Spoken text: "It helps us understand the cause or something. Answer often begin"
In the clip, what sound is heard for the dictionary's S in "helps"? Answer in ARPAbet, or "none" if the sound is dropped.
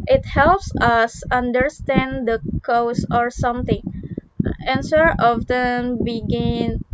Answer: S